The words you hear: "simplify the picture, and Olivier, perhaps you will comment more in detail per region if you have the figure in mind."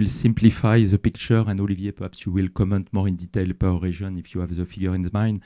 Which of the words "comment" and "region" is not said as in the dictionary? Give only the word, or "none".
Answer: region